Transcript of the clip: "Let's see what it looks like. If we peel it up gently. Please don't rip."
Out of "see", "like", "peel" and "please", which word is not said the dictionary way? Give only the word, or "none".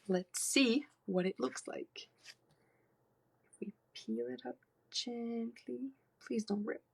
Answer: none